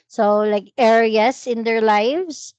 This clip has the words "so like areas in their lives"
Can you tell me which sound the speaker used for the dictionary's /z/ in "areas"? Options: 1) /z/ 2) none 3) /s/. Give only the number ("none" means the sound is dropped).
3